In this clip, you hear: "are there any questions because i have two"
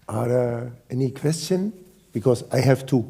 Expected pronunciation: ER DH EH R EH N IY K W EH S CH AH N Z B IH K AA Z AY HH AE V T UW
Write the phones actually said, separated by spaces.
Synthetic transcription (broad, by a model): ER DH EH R EH N IY K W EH S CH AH N B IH K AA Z AY HH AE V T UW